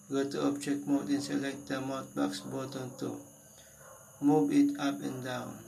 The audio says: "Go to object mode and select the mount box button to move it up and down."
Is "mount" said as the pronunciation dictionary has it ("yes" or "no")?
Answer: no